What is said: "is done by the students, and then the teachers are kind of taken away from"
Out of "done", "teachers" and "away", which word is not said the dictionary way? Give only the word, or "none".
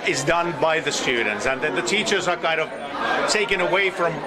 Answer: none